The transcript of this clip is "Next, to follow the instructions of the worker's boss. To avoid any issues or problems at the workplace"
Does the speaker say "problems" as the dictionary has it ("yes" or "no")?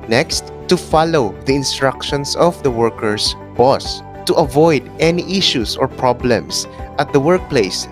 no